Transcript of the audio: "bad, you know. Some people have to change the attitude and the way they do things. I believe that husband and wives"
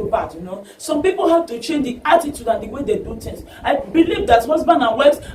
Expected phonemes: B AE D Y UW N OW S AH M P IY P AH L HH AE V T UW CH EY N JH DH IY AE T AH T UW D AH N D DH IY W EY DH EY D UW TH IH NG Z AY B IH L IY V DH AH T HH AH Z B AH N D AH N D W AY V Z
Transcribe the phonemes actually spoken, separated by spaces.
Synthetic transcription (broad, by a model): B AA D Y UW N OW S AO M P IY P AH L HH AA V T UW CH EY N JH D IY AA T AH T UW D AH N D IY W EY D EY D UW T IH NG S AY B IH L IY V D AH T HH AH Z B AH N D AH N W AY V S